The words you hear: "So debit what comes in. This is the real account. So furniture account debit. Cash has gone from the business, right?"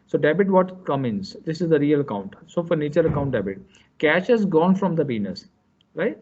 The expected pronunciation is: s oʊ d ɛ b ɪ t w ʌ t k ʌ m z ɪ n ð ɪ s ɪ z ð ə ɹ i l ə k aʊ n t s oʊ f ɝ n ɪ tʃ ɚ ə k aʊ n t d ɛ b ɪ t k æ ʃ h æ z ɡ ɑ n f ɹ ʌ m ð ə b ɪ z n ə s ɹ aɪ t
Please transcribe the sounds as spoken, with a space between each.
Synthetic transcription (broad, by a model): s oʊ d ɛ b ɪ t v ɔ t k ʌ m ɪ n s ɪ s ɪ z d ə ɹ i l ə k aʊ n t s oʊ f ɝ n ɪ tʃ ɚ ə k aʊ n t d ɛ b ɪ t k æ ʃ h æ z ɡ ɑ n f ɹ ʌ m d ə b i n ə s ɹ aɪ t